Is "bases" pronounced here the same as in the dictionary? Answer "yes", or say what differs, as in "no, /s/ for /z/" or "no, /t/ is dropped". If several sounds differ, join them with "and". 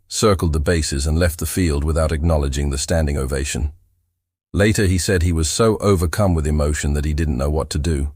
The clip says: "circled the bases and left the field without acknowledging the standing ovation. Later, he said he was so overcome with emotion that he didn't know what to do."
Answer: yes